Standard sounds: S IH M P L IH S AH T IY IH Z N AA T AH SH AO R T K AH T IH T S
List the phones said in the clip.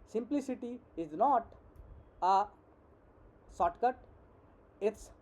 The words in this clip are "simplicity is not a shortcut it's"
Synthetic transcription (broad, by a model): S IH M P L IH S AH T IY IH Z N AA T AH S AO T K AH T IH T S